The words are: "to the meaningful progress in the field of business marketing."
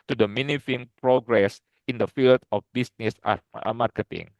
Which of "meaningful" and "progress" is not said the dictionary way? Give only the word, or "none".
meaningful